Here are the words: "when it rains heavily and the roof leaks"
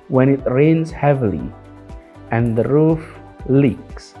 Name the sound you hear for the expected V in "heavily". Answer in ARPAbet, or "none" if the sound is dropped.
V